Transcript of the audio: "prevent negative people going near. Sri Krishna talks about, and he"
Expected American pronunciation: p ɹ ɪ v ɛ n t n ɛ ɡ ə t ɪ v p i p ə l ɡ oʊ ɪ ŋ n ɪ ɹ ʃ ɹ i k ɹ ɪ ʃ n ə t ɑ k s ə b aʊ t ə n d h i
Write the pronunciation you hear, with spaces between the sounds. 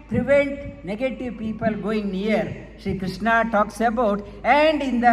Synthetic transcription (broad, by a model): p ɹ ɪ v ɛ n t n ɛ ɡ ə t ɪ v p i p ə l ɡ oʊ ɪ ŋ n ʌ ɹ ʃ i k ɹ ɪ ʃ n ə t ɑ k s ə b aʊ t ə n d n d